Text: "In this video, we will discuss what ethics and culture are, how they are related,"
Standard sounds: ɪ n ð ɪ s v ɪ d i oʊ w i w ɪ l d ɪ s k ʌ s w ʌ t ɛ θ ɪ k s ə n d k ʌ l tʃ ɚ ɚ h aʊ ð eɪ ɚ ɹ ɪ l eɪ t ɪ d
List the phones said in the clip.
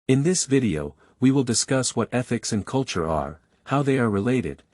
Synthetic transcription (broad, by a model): ɪ n ð ɪ s v ɪ d i oʊ w i w ɪ l d ɪ s k ʌ s w ʌ t ɛ θ ɪ k s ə n k ʌ l tʃ ɚ ɚ h aʊ ð eɪ ɚ ɹ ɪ l eɪ t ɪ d